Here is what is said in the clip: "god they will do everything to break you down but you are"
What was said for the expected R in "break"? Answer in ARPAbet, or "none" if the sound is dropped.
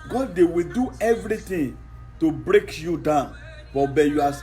R